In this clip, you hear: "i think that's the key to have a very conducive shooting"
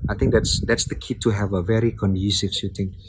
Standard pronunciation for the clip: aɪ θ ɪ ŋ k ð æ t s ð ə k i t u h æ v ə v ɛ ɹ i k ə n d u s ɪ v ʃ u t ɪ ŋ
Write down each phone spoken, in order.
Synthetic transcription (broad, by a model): aɪ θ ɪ ŋ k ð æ t s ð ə k i t u h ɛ v ə v ɛ ɹ i k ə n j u s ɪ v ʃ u t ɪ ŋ